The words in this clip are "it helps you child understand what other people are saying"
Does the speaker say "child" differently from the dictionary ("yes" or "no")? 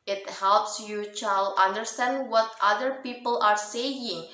yes